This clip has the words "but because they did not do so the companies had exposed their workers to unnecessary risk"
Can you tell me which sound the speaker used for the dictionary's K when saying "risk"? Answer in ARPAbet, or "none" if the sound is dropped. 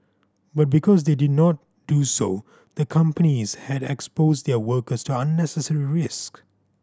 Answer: K